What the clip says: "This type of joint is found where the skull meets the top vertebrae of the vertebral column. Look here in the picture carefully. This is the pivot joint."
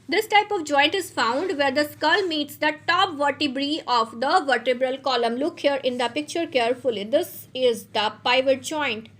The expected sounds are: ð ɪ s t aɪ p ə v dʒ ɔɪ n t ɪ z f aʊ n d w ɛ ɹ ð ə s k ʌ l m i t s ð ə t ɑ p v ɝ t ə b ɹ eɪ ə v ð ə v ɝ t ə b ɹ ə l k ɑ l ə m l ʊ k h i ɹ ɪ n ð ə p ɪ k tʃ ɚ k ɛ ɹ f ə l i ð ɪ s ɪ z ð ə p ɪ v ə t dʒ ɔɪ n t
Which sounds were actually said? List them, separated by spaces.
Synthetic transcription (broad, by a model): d ɪ s t aɪ p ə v dʒ ɔɪ n t ɪ z f aʊ n d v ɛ ɹ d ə s k ʌ l m i t s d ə t ɑ p v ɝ t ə b ɹ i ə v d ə v ɝ t ə b ɹ ə l k ɑ l ə m l ʊ k h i ɹ ɪ n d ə p ɪ k tʃ ɚ k ɛ ɹ f ə l i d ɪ s ɪ z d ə p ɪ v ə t dʒ ɔɪ n t